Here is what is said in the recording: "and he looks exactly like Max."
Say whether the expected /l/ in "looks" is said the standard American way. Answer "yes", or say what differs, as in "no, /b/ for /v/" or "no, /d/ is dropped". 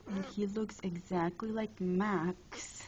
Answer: yes